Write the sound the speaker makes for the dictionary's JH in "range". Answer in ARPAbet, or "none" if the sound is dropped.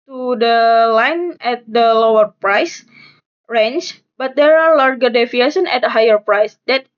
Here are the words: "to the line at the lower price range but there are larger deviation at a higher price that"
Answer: CH